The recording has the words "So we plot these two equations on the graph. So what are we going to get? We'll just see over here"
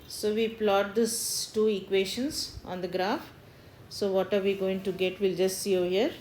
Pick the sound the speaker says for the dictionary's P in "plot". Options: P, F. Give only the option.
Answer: P